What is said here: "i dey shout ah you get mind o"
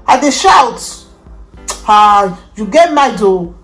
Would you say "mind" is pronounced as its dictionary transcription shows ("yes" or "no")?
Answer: no